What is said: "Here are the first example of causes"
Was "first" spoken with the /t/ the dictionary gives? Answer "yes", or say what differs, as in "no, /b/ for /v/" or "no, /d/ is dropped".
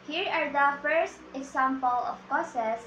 yes